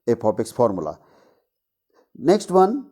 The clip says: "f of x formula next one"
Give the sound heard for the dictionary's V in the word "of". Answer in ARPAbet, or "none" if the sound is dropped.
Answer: P